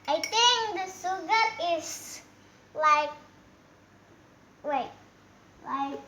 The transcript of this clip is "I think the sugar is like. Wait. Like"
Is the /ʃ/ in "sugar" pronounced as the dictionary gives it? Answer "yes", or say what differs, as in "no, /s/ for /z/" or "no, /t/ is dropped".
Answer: no, /s/ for /ʃ/